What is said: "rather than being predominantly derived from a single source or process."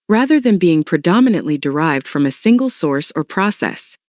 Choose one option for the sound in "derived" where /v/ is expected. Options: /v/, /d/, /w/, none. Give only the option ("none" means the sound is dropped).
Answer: /v/